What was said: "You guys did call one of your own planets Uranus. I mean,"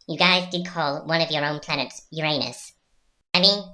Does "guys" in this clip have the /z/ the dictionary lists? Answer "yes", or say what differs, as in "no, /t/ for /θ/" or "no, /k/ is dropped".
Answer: yes